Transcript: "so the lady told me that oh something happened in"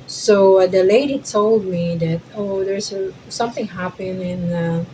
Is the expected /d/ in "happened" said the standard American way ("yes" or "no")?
no